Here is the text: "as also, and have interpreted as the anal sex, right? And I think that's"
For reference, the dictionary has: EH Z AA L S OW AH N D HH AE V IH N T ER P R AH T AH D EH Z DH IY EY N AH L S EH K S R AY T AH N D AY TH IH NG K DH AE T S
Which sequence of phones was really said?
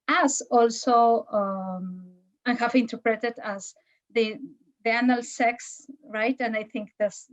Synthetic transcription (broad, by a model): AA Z AA L S OW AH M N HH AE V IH N T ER P R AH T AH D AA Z DH IY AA N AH L S EH K S R AY T AH N D AY TH IH NG K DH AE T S